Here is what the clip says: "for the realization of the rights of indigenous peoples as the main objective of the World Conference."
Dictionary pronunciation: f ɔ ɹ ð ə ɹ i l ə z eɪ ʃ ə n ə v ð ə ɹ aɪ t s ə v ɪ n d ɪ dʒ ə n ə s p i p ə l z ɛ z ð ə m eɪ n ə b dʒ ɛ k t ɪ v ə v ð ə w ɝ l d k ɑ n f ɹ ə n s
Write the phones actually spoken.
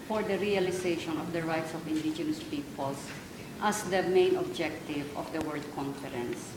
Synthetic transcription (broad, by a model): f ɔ ɹ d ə ɹ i l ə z eɪ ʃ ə n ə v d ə ɹ aɪ t s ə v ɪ n d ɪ dʒ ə n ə s p i p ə l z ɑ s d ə m eɪ n ə b dʒ ɛ k t ɪ v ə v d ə w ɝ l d k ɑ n f ɹ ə n s